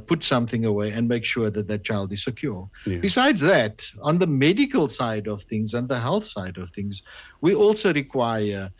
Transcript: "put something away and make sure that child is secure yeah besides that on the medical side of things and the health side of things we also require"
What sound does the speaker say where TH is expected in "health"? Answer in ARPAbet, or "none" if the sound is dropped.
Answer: TH